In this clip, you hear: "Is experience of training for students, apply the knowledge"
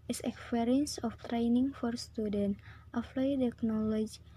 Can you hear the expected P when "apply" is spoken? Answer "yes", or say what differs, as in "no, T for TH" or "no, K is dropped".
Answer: no, F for P